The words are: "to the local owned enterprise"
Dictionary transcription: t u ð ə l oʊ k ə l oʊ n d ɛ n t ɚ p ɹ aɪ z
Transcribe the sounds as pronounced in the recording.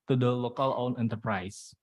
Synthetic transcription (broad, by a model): t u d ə l oʊ k ə l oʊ n ɛ n t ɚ p ɹ aɪ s